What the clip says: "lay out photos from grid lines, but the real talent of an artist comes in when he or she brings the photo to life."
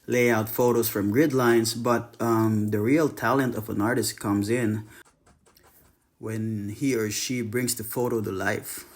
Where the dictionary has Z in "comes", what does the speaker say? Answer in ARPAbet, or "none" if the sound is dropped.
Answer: Z